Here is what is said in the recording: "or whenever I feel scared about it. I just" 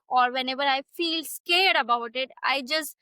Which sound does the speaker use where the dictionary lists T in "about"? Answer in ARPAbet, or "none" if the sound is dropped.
T